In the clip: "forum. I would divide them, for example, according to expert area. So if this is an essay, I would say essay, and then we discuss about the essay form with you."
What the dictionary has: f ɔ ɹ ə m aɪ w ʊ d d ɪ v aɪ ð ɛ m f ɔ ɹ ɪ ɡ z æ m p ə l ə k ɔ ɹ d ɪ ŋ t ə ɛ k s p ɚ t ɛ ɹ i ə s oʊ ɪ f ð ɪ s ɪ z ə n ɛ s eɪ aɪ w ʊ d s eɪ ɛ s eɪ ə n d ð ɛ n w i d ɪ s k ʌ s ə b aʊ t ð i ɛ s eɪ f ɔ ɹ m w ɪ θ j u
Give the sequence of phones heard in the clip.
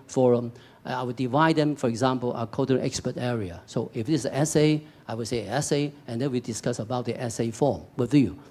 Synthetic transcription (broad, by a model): f ɔ ɹ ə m aɪ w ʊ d d ɪ v aɪ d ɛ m f ɔ ɹ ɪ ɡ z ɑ m p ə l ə k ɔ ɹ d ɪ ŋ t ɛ k s p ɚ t ɛ ɹ i ə s oʊ ɪ f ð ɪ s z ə ɛ s eɪ aɪ w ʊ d s eɪ ɛ s eɪ ə n d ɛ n w i d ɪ s k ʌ s ə b aʊ t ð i ɛ s eɪ f ɔ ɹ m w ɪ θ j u